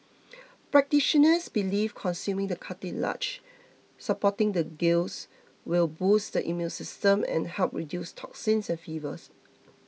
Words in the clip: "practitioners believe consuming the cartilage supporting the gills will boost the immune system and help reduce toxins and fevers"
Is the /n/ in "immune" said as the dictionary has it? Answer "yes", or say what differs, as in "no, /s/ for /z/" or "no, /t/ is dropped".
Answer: no, /l/ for /n/